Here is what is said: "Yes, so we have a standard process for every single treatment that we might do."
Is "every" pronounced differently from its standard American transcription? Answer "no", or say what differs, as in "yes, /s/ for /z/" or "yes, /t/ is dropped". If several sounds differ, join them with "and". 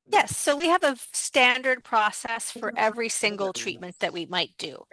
no